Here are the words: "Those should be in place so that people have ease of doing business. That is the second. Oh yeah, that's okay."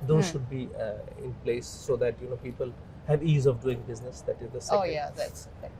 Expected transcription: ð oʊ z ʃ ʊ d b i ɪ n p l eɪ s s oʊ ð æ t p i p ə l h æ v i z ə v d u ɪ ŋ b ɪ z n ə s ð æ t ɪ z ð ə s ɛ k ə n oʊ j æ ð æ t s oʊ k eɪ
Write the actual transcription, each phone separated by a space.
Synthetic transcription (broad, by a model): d oʊ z ʃ ʊ d b i ɪ n p l eɪ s s oʊ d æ t p i p ə l h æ v i z ə v d u ɪ ŋ b ɪ z n ə s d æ t ɪ z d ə s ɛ ə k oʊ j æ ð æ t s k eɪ